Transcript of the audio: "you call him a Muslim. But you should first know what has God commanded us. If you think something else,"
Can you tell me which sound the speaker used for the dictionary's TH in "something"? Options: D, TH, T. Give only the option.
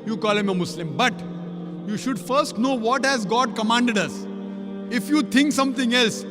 T